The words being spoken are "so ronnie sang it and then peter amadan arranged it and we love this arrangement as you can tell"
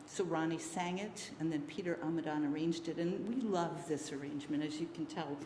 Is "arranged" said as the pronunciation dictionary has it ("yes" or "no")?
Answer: yes